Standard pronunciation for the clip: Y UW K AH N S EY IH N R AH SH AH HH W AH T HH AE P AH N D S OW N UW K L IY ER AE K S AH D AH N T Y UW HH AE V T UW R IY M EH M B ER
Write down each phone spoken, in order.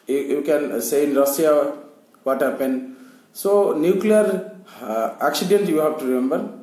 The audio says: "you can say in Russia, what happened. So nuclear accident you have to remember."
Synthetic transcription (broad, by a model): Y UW K AH N S EY IH N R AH S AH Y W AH T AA P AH N S OW N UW K L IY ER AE K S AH D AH N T Y UW HH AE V T UW R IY M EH M B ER